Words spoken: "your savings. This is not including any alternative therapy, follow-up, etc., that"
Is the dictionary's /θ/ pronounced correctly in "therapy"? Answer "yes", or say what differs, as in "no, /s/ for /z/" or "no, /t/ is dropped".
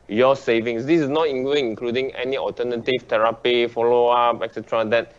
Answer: no, /t/ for /θ/